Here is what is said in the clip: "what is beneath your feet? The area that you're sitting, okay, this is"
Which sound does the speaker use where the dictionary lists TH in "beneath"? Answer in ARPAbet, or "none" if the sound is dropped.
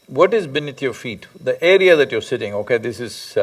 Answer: T